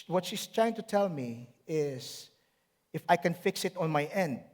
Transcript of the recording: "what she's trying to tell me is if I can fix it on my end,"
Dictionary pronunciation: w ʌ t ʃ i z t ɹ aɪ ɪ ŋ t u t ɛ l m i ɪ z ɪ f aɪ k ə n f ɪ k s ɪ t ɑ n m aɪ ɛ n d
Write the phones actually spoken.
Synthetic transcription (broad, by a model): w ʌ t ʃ i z t ɹ aɪ ɪ ŋ t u t ɛ l m i ɪ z ɪ f aɪ k ə n f ɪ k s ɪ t ɑ n m aɪ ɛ n d